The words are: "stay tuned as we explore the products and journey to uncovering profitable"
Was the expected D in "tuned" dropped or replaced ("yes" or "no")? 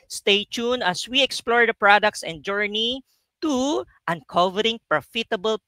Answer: yes